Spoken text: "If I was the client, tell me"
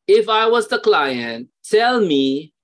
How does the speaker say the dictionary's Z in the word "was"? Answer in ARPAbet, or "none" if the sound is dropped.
Z